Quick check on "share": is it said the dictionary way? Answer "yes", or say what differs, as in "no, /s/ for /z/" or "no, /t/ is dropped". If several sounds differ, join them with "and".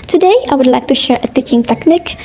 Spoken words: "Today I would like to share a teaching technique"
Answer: yes